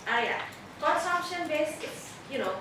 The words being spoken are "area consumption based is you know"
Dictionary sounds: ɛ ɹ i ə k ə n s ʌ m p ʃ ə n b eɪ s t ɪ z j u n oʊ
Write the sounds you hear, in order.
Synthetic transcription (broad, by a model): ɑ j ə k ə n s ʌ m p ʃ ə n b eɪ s ɪ s j u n oʊ